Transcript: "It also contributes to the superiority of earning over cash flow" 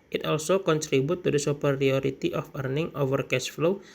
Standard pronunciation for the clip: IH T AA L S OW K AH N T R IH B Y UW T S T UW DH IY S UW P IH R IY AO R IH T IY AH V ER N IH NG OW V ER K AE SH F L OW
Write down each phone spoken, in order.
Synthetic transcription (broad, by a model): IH T AA L S OW K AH N T R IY B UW T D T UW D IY S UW P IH R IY AO R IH T IY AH F ER N IH NG OW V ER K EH S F L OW